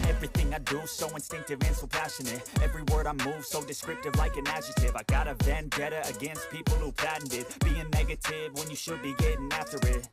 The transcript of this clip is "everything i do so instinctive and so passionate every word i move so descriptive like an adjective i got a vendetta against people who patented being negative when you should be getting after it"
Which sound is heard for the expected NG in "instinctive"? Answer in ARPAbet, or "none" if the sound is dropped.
NG